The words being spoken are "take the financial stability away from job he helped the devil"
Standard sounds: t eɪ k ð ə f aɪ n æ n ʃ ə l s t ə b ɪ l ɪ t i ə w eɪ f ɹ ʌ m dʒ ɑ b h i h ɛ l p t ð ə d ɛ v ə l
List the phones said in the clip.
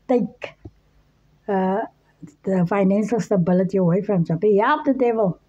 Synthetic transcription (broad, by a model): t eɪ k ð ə f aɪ n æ n s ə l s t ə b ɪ l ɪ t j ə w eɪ f ɹ ʌ m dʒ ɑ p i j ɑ p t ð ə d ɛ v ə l